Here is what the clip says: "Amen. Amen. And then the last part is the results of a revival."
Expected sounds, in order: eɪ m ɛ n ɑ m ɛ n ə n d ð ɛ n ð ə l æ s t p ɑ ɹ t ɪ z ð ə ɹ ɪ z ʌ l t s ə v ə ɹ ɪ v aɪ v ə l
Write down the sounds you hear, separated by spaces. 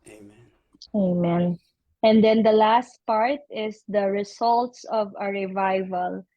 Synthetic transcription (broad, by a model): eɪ ɑ m ɛ n ə n d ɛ n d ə l æ s t p ɑ ɹ t ɪ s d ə ɹ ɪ s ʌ l t s ə v ə ɹ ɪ v aɪ v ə l